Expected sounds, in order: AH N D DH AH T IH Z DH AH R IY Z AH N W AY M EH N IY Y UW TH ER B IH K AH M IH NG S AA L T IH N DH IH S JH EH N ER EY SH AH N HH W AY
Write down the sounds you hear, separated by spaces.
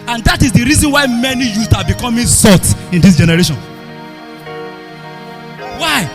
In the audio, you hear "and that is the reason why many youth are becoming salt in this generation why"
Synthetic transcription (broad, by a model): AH N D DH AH T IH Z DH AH R IY Z AH N W AY M EH N IY Y UW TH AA B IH K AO M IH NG S AA T IH N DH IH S JH EH N ER EY SH AH N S W AY